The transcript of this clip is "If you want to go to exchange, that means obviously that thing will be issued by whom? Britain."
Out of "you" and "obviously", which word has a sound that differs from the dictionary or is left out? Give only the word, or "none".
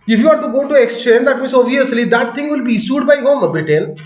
obviously